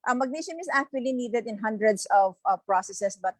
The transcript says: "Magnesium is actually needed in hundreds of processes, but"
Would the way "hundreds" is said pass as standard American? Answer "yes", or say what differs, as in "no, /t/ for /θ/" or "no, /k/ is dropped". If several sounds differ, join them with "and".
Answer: no, /s/ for /z/